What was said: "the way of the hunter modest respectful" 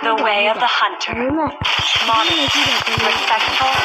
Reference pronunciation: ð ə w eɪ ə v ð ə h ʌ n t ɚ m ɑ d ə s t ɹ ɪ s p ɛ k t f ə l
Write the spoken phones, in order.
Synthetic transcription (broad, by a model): ð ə w eɪ ə v ð ə h ʌ n t ɚ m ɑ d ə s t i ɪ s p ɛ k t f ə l